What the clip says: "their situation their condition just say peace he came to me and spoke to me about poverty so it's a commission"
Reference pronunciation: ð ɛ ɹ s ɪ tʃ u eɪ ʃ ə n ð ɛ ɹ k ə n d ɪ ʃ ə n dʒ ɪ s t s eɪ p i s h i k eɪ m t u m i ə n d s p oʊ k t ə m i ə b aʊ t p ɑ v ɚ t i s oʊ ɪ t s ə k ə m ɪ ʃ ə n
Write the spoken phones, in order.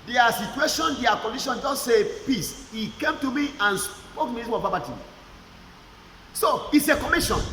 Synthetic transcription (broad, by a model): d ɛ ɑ s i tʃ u eɪ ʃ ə n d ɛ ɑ k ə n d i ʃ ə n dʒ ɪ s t s eɪ p i s h i k eɪ m t u m i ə n s p oʊ k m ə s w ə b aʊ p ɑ b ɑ t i s oʊ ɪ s ə k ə m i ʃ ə n